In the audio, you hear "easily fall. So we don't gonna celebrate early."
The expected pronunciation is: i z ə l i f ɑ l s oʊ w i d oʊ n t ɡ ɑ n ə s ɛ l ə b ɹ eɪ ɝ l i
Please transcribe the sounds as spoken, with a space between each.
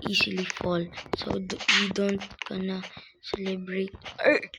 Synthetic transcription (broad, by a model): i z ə l i f ɑ l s oʊ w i d oʊ n t ɡ ɑ n ə s ɛ l ə b ɹ eɪ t